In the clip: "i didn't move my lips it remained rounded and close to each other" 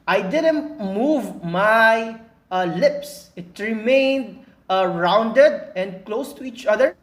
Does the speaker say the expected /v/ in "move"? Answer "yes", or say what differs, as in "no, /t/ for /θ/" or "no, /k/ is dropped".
yes